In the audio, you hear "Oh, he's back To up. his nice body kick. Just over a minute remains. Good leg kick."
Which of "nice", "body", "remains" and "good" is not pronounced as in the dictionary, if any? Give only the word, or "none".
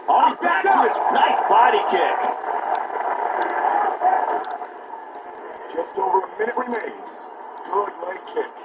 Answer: none